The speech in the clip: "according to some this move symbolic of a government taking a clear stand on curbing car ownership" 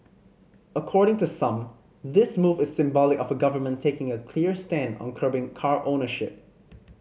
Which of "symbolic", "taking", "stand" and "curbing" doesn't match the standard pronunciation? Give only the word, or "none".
none